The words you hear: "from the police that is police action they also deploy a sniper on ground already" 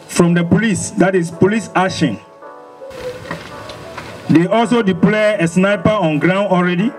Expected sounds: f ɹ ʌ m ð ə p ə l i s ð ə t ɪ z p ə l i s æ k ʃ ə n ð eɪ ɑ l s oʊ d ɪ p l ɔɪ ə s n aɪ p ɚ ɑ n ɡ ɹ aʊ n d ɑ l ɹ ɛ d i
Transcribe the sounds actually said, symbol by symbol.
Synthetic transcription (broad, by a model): f ɹ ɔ m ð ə p ə l i s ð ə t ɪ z p ə l i s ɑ ʃ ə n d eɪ ɑ l s oʊ d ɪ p l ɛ ə s n aɪ p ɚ ɑ n ɡ ɹ aʊ n d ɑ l ɹ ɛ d i